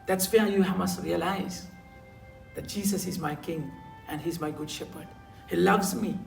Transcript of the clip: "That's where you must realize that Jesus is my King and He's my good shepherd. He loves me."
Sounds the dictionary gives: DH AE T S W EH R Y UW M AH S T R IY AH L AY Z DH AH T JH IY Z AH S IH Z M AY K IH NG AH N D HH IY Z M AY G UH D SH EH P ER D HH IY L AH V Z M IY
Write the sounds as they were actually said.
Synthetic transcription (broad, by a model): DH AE T S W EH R Y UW M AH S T R IY AH L AY Z DH AH T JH IY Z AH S IH Z M AY K IH NG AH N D HH IY Z M AY G UH D SH EH P ER D HH IY L AH V Z M IY